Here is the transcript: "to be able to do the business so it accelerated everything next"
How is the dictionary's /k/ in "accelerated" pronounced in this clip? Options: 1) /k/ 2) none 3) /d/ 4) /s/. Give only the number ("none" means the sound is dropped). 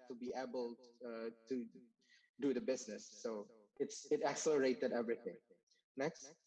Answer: 1